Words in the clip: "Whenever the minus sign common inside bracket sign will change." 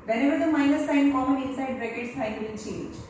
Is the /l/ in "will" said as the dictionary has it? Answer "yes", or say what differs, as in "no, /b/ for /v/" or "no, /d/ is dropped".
no, /n/ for /l/